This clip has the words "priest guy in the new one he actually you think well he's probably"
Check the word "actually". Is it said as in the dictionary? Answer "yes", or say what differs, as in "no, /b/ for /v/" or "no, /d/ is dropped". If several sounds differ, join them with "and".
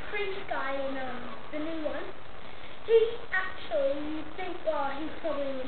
no, /l/ is dropped